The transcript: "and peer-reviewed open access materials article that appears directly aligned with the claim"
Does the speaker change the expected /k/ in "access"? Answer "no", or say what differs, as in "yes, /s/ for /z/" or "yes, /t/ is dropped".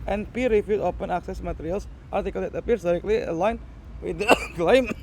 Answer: no